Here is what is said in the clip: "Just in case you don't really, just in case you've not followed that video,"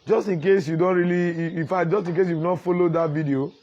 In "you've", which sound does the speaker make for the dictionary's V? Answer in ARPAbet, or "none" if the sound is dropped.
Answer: W